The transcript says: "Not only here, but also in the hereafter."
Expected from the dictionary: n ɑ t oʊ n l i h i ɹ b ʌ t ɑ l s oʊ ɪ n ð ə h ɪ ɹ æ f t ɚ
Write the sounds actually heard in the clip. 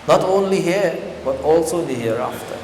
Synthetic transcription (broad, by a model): n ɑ t oʊ n l i h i ɹ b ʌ t ɑ l s oʊ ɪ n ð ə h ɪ ɹ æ f t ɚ